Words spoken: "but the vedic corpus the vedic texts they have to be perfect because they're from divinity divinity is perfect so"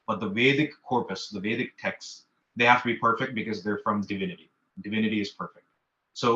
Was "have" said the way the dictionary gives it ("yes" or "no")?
no